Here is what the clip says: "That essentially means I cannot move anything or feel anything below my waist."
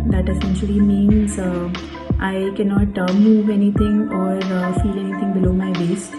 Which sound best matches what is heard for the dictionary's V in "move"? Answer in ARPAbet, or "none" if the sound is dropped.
V